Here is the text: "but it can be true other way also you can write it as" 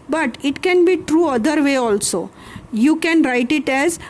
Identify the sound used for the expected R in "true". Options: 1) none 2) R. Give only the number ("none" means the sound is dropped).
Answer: 2